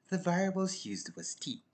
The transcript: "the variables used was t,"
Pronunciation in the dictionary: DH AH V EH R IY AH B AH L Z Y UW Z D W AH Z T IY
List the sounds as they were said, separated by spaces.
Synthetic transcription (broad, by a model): DH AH V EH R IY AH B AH L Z Y UW Z D W AH Z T IY